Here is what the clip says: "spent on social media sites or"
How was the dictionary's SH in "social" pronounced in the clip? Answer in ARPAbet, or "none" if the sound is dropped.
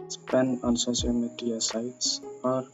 S